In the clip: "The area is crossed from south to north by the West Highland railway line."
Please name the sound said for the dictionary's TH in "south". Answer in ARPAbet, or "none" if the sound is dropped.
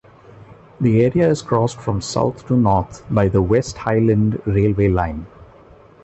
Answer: T